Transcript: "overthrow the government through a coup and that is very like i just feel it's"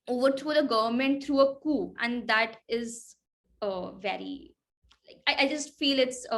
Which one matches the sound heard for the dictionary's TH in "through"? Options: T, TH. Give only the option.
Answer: T